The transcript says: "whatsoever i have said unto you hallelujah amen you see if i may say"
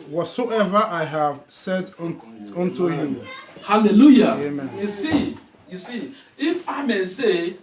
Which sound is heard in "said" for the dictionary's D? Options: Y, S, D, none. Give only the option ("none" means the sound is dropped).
D